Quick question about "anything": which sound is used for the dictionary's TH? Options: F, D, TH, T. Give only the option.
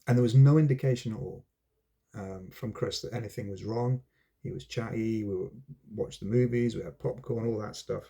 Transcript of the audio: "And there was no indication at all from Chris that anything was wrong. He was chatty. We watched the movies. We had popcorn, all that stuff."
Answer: TH